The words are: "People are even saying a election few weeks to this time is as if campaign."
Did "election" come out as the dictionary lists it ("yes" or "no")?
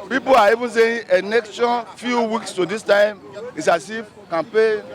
no